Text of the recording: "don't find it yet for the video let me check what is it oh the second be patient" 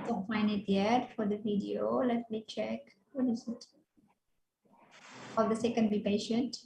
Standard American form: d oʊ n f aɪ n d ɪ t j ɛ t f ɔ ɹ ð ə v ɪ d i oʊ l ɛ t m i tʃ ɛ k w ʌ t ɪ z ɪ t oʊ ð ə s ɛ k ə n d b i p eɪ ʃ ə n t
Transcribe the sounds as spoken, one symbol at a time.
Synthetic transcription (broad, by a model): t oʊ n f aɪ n ɪ t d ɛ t f ɔ ɹ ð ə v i d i oʊ l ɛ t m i tʃ ɛ k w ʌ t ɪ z ɪ t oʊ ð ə s ɛ k ə n d b i p eɪ ʃ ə n t